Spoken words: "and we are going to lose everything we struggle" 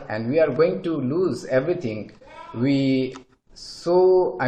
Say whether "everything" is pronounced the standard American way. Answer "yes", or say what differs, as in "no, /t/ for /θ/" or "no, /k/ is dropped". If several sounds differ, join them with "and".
no, /t/ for /θ/